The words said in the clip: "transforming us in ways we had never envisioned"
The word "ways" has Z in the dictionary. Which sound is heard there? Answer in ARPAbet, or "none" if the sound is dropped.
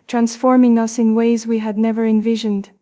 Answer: Z